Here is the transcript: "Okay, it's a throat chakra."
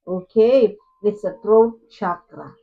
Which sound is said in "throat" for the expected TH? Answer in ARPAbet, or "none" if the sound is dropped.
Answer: T